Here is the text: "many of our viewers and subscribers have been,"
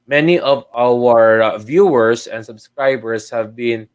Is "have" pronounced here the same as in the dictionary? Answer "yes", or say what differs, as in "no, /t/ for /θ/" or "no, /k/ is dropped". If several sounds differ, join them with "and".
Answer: yes